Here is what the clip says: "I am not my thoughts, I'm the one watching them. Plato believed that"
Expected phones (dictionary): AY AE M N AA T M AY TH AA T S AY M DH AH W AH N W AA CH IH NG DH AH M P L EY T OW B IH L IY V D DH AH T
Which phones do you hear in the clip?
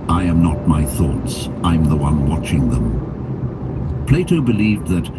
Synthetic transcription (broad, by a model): AY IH M N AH T M AY TH AA T S AY M DH AH W AH N W AA CH IH NG DH AH M P L EY T OW B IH L IY V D DH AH T